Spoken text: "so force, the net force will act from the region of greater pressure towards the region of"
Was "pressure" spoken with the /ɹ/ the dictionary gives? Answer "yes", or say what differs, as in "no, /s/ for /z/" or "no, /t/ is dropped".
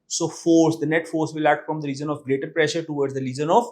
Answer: yes